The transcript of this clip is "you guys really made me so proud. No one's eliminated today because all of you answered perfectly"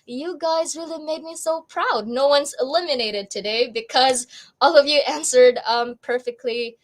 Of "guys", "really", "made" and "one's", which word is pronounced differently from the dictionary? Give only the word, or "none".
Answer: none